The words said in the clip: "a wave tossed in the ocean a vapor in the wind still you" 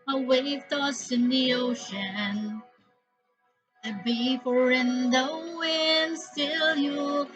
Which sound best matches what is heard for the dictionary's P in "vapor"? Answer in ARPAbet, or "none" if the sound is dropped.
F